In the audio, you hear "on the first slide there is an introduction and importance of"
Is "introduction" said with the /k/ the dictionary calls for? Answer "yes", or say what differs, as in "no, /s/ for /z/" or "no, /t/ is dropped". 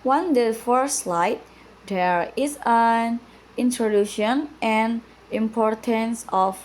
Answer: no, /k/ is dropped